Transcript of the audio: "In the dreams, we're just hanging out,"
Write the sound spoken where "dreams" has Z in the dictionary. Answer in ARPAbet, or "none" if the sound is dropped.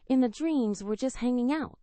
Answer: Z